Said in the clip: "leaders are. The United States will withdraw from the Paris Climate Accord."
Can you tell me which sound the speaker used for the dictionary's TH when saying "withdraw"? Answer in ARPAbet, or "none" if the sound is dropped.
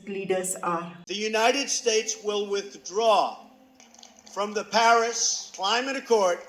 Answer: TH